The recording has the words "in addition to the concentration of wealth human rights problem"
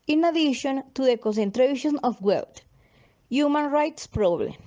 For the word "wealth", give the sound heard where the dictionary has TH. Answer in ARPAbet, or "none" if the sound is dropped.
T